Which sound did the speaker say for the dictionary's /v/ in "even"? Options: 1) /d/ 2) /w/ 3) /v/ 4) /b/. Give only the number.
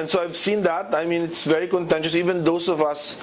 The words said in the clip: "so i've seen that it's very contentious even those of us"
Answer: 3